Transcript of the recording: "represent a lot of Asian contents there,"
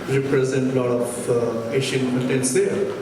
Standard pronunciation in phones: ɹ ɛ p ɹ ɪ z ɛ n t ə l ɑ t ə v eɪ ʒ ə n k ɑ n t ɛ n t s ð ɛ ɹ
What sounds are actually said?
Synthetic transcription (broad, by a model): ɹ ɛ p ɹ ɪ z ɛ n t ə l ɑ t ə p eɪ ʃ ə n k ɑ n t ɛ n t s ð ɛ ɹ